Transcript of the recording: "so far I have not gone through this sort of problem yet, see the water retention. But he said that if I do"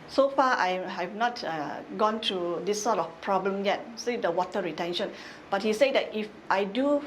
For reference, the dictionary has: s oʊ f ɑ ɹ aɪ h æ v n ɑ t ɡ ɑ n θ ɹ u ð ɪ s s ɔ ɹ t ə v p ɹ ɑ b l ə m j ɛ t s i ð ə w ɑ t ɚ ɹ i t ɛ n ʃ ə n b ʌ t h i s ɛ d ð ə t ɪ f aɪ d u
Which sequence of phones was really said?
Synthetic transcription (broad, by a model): s oʊ f ɑ aɪ h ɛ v n ɑ t ɡ ɑ n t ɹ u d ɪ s s ɔ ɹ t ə f p ɹ ɑ b l ə m j ɛ t s i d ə w ɑ t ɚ ɹ i t ɛ n ʃ ə n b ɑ t h i s ɛ d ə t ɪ f aɪ d u